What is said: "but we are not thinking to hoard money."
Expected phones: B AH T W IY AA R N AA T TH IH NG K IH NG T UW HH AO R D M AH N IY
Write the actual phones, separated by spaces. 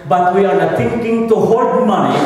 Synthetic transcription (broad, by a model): B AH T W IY AA R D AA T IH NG K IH NG T UW HH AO L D M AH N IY